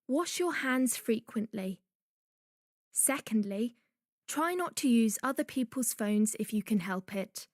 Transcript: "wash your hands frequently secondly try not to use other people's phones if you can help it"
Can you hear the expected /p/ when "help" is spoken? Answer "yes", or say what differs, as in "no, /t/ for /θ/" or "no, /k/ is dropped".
yes